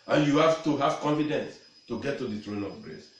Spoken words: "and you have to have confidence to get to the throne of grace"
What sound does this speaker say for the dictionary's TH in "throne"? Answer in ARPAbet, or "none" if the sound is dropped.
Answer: T